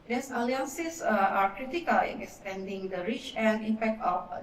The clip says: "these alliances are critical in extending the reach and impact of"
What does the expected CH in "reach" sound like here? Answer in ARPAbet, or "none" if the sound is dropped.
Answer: CH